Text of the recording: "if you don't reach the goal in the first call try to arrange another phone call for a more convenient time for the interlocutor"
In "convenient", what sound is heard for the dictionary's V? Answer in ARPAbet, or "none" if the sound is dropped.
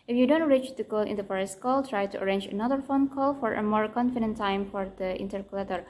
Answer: F